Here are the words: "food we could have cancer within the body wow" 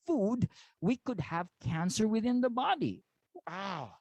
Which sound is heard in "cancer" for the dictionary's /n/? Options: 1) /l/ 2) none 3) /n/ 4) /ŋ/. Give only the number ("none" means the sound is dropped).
3